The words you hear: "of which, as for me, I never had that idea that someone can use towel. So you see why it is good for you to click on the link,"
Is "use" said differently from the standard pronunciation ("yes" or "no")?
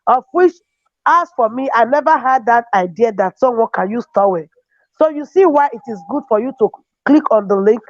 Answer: no